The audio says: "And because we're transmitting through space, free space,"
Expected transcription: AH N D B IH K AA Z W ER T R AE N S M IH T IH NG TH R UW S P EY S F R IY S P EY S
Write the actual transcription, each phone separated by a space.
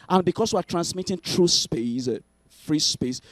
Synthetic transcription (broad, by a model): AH N B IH K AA S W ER T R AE N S M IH T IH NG T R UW S P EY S F R IY S P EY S